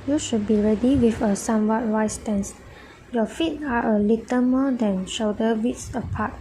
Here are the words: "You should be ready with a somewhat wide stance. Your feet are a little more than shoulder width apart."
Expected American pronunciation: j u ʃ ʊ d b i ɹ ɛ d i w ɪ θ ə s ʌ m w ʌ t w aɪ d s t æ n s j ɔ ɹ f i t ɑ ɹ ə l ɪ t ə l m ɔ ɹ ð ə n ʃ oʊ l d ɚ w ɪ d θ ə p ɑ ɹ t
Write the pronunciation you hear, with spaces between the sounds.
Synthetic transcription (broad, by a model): j u ʃ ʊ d b i ɹ ɛ d i w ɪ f ə s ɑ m w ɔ t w aɪ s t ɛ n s j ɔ f i t ɑ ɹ ə l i t ə m ɔ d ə n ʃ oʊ d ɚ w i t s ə p ɑ t